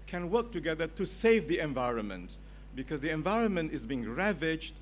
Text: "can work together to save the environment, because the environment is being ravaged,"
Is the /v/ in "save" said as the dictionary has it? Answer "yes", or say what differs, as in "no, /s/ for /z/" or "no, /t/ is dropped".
yes